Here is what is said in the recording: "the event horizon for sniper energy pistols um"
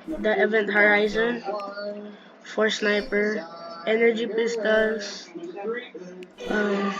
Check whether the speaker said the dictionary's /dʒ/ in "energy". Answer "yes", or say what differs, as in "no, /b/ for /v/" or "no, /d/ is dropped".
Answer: yes